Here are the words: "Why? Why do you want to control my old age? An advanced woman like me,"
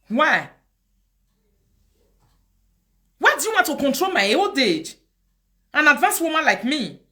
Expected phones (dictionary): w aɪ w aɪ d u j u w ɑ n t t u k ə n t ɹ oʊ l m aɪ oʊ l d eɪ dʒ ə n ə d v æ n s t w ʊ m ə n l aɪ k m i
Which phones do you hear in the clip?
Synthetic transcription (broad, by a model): w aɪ w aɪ d u j u w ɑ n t t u k ə n t ɹ oʊ l m aɪ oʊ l d eɪ dʒ ə n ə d v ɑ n s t w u m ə n l aɪ k m i